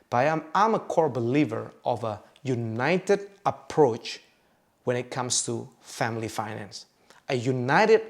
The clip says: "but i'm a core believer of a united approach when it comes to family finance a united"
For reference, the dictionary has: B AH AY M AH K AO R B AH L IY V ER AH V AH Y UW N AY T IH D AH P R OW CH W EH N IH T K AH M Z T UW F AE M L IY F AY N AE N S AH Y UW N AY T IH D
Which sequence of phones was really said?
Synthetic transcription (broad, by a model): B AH AY M AH K AO R B AH L IY V ER AH V AH Y UW N AY T IH D AH P R OW CH W EH N IH T K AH M S T UW F AE M L IY F AY N AE N S AH Y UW N AY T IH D